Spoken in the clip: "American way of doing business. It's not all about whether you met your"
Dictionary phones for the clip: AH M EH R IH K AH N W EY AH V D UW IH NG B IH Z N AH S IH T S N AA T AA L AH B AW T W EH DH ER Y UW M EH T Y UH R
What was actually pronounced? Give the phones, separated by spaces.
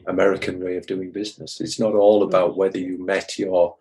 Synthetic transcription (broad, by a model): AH M EH R IH K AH N W EY AH V D UW IH NG B IH Z N AH S IH T S N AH T AA L AH B AW T W EH DH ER Y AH M EH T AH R